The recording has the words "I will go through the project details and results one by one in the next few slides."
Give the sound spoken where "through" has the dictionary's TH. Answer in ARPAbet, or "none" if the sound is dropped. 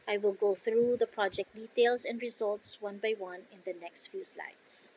TH